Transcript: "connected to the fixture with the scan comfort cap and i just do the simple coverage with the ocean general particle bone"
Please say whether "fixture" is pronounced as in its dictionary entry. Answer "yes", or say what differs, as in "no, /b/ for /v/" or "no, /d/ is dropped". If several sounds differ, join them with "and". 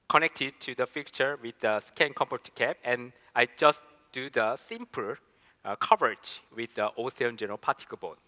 no, /s/ is dropped